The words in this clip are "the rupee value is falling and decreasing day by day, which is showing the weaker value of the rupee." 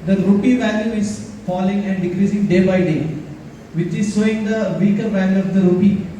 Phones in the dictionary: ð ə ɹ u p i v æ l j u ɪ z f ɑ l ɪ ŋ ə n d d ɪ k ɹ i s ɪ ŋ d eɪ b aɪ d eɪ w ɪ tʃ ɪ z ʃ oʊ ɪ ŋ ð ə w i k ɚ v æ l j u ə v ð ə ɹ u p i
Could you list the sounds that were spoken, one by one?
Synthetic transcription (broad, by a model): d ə ɹ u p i v æ l j u ɪ z f ɑ l ɪ ŋ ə n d d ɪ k ɹ i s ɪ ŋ d eɪ b aɪ d eɪ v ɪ tʃ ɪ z s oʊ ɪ ŋ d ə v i k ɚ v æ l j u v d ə ɹ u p i